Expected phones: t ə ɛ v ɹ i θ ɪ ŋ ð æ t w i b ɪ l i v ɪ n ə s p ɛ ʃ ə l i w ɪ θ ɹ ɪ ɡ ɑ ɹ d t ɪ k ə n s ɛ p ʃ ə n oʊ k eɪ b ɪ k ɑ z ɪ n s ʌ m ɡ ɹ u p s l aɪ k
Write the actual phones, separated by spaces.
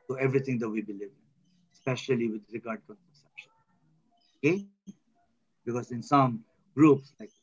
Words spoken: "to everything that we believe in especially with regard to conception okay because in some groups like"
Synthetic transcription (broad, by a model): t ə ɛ v ɹ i t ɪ ŋ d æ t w i b ɪ l i v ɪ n s p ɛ ʃ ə l i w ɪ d ɹ ɪ ɡ ɑ ɹ d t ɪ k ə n s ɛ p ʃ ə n oʊ k eɪ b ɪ k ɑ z ɪ n s ʌ m ɡ ɹ u p s l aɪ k